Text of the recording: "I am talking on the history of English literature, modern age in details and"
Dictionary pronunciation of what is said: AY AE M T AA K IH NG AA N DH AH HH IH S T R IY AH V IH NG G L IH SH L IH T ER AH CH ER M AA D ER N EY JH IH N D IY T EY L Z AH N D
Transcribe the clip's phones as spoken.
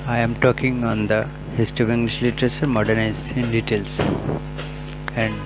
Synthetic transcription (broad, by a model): AY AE M T AA K IH NG AA N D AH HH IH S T IY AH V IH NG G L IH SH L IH T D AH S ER M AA D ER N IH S IH N D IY T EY L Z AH N D